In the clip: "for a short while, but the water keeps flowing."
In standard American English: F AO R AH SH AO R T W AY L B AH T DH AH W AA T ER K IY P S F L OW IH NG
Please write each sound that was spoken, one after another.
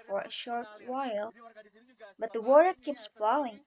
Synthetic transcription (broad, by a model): F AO R AH SH AO R T W AY L B AH T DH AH W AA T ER K IY P S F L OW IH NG